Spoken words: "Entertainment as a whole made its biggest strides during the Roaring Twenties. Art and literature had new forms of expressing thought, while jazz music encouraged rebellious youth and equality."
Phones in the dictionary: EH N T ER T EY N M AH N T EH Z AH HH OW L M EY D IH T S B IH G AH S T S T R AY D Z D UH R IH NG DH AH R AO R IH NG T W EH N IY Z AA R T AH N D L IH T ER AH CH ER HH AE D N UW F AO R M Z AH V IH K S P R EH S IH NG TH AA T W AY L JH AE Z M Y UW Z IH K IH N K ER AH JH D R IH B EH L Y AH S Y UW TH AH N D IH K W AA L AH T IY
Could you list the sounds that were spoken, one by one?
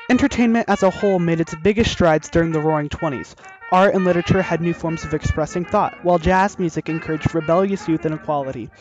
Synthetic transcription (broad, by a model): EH N T ER T EY N M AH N T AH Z AH HH OW L M EY D IH T S B IH G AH S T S T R AY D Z D UH R IH NG DH AH R AO R IH NG T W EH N IY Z AA R T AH N L IH T ER AH CH ER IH D N UW F AO R M Z AH V IH K S P R EH S IH NG TH AA T W AY L JH AE Z M Y UW Z IH K IH N K ER AH JH D R IH B EH L Y AH S Y UW TH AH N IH K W AA L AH T IY